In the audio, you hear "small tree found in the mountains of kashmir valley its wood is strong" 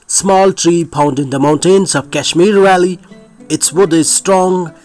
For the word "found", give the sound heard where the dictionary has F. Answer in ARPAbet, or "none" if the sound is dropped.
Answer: P